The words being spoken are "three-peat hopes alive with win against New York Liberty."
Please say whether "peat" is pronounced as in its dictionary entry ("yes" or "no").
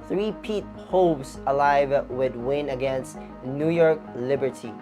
yes